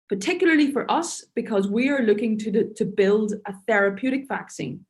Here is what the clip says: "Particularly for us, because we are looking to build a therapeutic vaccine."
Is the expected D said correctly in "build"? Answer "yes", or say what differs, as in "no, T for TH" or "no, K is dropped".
yes